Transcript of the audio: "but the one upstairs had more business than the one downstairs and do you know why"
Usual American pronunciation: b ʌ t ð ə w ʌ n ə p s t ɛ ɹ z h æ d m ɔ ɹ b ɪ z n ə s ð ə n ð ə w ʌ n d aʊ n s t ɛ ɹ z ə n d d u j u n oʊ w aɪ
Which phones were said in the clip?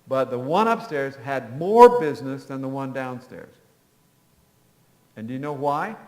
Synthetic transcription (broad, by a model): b ʌ t ð ə w ʌ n ə p s t ɛ ɹ z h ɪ d m ɔ ɹ b ɪ z n ə s ð ə n ð ə w ʌ n d aʊ n s t ɛ ɹ z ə n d d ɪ j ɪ n oʊ w aɪ